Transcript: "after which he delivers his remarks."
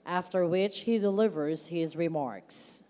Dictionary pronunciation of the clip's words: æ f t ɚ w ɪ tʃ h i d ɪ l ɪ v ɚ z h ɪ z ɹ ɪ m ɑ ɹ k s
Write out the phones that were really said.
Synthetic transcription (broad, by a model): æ f t ɚ w ɪ tʃ h i d ɪ l ɪ v ɚ z h ɪ z ɹ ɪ m ɑ ɹ k s